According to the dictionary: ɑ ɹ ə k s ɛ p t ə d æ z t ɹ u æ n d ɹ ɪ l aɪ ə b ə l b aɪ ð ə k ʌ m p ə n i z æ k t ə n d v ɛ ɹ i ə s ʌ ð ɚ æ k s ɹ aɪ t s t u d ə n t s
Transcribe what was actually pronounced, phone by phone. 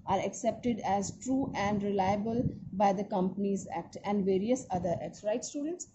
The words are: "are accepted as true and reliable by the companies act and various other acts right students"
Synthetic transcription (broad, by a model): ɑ ɹ ə k s ɛ p t ə d æ z t ɹ u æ n d ɹ ɪ l aɪ ə b ə l b aɪ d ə k ʌ m p ə n i z æ k t ə n d v ɛ ɹ i ə s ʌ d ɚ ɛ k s ɹ aɪ t s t u d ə n t s